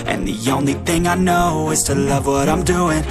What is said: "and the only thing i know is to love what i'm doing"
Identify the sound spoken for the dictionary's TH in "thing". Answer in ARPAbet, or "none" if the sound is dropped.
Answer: TH